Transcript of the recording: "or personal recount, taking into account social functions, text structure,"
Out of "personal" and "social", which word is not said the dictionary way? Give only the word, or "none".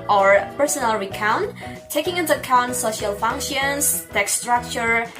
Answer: none